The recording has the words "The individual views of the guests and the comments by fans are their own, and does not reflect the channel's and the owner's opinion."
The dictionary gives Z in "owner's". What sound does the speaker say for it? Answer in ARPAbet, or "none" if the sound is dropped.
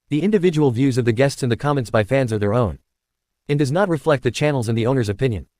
Z